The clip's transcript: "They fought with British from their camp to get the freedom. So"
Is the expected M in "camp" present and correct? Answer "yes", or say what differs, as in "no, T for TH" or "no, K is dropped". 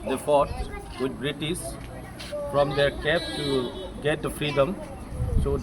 no, M is dropped